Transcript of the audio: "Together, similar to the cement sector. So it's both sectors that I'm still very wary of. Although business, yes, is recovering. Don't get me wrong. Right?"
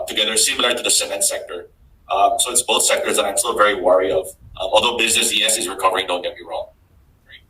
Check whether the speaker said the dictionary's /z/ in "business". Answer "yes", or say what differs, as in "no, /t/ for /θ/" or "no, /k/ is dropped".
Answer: yes